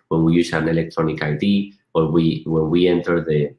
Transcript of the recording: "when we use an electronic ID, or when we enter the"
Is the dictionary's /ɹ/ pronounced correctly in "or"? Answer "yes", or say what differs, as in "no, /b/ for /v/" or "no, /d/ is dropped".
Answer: no, /w/ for /ɹ/